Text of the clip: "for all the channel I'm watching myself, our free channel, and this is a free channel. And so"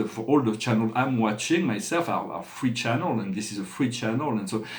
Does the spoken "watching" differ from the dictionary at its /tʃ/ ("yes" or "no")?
no